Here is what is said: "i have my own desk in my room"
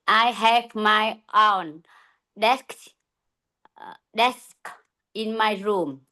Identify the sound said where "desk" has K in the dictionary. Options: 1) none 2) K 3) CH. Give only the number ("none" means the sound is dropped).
2